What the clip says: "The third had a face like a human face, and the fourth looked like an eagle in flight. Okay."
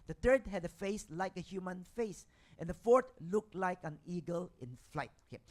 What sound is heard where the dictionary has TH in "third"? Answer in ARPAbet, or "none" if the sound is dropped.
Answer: T